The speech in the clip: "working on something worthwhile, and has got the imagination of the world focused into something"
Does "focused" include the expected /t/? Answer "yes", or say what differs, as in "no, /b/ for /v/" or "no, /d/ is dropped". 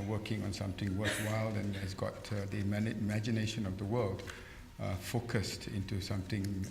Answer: yes